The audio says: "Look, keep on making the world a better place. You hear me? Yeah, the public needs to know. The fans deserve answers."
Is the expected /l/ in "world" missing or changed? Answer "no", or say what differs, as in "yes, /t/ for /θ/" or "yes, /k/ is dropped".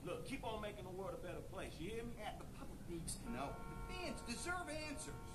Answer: yes, /l/ is dropped